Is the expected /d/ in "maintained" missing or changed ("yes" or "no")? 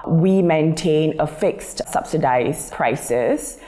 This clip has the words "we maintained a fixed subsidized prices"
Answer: yes